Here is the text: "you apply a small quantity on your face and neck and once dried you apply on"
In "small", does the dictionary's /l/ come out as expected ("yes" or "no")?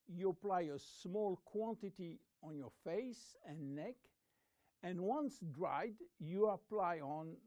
yes